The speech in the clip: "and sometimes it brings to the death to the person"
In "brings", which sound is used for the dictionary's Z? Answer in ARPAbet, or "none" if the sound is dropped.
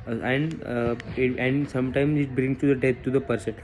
none